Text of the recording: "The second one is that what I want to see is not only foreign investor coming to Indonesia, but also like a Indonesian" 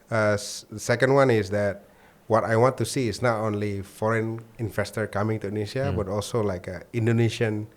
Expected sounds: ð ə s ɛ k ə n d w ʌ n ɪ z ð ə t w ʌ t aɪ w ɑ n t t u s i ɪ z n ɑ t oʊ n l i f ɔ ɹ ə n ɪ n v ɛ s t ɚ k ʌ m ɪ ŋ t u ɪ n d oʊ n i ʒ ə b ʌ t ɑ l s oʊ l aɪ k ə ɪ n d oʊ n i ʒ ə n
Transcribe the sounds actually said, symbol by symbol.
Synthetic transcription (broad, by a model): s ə s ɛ k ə n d w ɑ n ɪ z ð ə t w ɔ t aɪ w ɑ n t t u s i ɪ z n ɑ t oʊ n l i f ɔ ɹ ə n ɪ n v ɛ s t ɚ k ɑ m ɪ ŋ t u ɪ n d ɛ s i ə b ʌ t ɑ l s oʊ l aɪ k ə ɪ n d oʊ n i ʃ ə n